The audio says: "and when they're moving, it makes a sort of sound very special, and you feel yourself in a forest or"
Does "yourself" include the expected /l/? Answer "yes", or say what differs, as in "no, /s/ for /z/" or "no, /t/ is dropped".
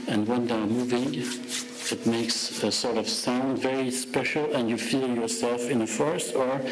yes